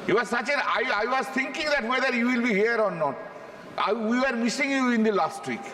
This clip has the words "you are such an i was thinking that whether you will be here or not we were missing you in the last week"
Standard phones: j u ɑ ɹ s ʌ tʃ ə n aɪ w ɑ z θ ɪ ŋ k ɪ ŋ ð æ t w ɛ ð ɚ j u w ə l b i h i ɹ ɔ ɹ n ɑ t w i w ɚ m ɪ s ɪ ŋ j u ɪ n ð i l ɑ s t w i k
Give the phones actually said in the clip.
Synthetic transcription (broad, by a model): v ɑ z s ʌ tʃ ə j aɪ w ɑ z t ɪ ŋ k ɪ ŋ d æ t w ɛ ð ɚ j u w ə l b i h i ɹ ɔ ɹ n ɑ t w i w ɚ m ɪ s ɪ ŋ j u ɪ n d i l ɑ s t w i k